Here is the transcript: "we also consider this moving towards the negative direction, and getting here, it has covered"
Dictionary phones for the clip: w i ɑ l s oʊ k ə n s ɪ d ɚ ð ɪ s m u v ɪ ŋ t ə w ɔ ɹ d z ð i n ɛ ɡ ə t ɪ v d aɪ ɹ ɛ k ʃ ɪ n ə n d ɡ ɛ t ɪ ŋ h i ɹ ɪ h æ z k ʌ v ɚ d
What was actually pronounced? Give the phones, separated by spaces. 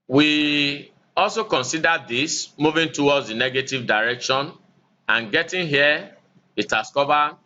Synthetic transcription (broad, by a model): w i ɑ l s oʊ k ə n s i d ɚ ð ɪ s m u v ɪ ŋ t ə w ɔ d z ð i n ɛ ɡ ə t ɪ v d aɪ ɹ ɛ k ʃ ɪ n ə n ɡ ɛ t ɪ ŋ h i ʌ ɪ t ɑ s k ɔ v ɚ